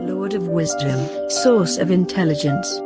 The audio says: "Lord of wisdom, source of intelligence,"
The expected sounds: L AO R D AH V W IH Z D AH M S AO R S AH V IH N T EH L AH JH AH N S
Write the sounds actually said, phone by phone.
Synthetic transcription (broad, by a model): L AO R D AH V W IH Z D AH M S AO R S AH V IH N T EH L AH JH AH N S